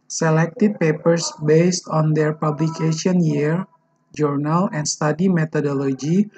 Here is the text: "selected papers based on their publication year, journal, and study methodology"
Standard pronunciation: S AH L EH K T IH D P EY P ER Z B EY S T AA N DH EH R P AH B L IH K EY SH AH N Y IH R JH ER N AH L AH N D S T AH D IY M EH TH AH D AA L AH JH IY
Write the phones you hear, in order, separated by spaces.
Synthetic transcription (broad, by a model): S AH L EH K T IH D P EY P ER S B EY S T AA N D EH R P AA B L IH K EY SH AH N Y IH R JH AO N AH L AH N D S T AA D IY M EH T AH D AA L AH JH IY